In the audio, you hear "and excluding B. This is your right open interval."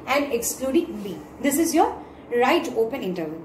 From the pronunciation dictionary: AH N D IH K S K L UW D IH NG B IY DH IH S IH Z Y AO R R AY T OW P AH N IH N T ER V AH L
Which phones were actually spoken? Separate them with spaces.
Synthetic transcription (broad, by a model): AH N D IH K S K L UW D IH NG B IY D IH S IH Z Y AO R R AY T OW P AH N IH N T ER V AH